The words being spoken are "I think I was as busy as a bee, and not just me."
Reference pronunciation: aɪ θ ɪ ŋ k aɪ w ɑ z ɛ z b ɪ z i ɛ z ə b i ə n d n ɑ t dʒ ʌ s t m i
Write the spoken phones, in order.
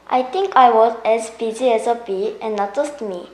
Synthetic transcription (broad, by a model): aɪ t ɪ ŋ k aɪ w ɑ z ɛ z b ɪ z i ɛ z ə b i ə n n ɑ t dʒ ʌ s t m i